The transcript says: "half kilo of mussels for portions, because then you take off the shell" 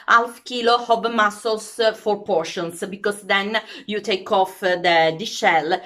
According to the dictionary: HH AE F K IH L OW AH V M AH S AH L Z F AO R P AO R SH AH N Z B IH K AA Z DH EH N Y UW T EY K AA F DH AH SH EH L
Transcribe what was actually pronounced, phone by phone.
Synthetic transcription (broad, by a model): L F K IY L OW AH B M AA S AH L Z F AO R P AO R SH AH N S B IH K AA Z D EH N Y UW T EY K AA F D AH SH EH L